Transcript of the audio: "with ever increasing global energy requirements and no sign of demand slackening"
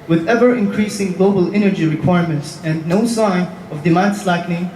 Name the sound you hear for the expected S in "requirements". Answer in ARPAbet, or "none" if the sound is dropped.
S